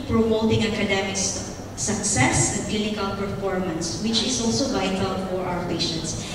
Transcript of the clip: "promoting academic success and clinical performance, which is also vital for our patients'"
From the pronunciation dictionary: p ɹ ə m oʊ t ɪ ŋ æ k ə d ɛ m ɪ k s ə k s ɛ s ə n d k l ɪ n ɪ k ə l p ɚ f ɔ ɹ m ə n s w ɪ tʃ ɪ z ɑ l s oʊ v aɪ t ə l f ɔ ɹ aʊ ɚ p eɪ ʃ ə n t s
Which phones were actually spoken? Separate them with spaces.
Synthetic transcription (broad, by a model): p ɹ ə m oʊ t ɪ ŋ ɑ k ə d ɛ m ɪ k s ə k s ɛ s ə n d k l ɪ n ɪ k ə l p ɚ f ɔ ɹ m ə n s w ɪ tʃ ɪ s ɑ l s oʊ v aɪ t ə l f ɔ ɹ aʊ ɚ p eɪ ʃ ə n t s